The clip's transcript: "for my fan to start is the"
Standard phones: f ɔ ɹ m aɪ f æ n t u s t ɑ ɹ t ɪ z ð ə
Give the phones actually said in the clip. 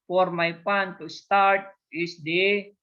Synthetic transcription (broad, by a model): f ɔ ɹ m aɪ p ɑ n t u s t ɑ ɹ t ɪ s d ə